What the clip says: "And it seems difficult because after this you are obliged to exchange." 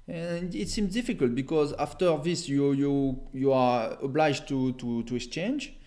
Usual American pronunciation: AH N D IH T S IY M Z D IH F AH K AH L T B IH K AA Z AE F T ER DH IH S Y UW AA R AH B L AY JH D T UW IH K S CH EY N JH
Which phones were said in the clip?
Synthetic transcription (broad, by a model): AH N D IH T S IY M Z D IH F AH K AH L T B IH K AA Z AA F T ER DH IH S Y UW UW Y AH B L AY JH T T UW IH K S CH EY N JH